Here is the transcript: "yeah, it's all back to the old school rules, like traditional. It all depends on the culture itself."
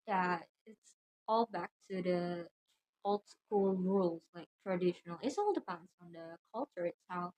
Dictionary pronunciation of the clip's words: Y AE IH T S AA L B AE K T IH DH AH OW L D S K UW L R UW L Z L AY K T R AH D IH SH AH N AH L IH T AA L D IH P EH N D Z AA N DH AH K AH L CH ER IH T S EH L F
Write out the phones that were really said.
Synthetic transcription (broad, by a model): Y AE IH T S AA L B AE K T IH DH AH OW L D S K UW L R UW L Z L AY K T R AH D IH SH AH N AH L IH T AA L D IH P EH N D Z N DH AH K AH L CH ER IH T S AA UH